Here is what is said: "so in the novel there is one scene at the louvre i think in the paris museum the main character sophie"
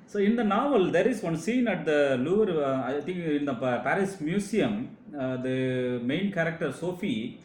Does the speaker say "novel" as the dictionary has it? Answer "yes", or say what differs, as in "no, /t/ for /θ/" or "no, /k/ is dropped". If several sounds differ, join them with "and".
yes